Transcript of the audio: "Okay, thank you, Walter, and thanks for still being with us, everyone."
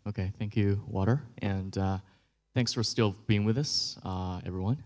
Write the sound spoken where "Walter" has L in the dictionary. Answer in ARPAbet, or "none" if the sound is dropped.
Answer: none